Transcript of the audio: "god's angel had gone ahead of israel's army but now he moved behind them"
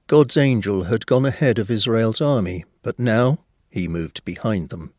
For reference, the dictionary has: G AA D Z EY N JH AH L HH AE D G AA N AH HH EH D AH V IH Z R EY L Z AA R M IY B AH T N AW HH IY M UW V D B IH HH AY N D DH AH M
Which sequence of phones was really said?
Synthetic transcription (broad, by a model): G AA D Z EY N JH AH L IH D G AA N AH HH EH D AH V IH Z R EY L Z AA R M IY B AH T N AW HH IY M UW V D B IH HH AY N DH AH M